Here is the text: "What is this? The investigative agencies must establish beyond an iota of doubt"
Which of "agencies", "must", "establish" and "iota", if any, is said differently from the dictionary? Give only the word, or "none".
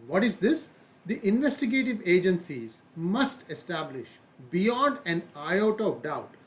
none